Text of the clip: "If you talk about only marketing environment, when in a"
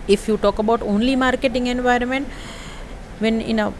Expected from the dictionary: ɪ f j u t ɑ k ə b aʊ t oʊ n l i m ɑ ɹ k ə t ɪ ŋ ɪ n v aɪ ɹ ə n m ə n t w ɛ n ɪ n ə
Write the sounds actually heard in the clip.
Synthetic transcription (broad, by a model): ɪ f j u t ɑ k ə b aʊ t oʊ n l i m ɑ ɹ k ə t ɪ ŋ ɪ n v aɪ ɹ ə n m ə n t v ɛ n ɪ n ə